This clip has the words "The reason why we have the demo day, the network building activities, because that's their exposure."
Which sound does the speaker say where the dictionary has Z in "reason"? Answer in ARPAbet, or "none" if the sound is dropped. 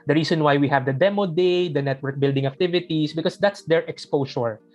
S